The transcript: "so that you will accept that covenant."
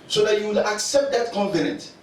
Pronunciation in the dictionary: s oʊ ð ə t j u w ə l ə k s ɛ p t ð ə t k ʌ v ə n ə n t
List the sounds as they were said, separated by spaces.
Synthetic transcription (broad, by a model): s oʊ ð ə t j u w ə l ə k s ɛ p t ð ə t k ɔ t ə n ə n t